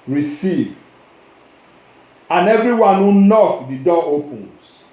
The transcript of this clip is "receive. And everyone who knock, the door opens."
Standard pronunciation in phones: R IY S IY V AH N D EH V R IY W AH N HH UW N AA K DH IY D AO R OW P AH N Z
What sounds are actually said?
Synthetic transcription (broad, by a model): R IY S IY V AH N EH V R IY W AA N HH UW N AA K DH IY D AO OW P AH N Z